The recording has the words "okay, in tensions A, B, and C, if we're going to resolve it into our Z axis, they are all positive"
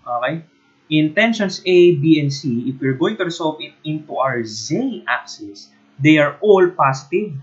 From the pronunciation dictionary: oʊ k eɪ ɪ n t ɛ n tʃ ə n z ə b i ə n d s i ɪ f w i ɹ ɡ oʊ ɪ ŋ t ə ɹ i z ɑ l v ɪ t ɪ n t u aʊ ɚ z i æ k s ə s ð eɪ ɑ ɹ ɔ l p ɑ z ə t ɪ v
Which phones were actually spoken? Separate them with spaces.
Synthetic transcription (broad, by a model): oʊ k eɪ ɪ n t ɛ n ʃ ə n s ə b i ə n s i ɪ f w i ɹ ɡ oʊ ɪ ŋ t ə ɹ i s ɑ l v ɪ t ɪ n t u aʊ ɚ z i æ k s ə s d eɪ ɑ ɹ ɔ l p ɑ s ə t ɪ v